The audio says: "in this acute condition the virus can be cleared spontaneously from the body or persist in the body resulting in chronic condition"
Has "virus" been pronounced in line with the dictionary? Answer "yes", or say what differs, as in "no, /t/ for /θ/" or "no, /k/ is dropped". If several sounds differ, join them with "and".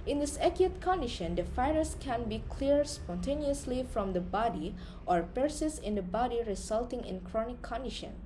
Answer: no, /f/ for /v/